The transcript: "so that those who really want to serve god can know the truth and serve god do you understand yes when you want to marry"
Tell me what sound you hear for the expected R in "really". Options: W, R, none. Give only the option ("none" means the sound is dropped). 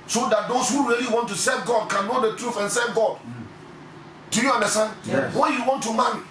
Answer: R